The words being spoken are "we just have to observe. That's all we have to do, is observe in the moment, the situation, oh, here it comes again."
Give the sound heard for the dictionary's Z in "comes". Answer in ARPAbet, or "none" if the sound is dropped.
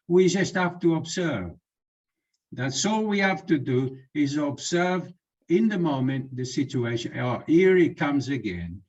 Z